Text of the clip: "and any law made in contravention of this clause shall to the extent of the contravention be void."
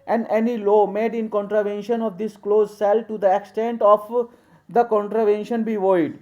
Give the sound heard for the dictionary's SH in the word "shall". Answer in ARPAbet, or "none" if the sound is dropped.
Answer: S